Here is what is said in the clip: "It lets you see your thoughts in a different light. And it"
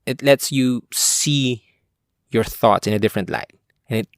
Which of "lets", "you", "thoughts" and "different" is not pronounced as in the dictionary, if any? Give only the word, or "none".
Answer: none